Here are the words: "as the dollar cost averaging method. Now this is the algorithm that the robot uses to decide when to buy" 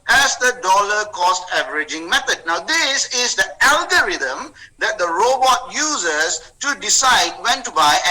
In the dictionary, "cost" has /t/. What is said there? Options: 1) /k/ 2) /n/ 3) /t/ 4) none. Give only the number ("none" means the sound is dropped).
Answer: 3